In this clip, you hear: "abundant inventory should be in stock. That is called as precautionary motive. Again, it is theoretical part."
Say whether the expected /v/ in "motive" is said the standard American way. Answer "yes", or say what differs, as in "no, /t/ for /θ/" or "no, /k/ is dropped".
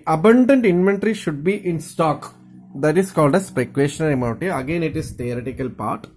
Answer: no, /v/ is dropped